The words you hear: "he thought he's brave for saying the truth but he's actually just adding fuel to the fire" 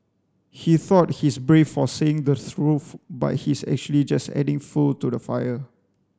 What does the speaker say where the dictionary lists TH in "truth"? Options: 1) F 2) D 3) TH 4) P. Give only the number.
1